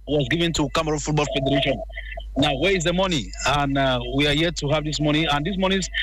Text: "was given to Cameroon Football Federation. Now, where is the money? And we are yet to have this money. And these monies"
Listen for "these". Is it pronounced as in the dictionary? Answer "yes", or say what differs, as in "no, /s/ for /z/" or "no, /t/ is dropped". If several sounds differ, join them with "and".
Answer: no, /s/ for /z/